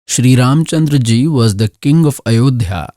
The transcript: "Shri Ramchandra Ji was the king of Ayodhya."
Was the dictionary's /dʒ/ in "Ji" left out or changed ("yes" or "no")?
no